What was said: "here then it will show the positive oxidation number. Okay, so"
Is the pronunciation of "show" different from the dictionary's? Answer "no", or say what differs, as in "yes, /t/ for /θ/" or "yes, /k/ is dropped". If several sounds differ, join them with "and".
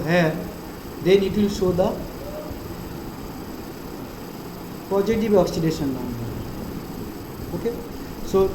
yes, /s/ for /ʃ/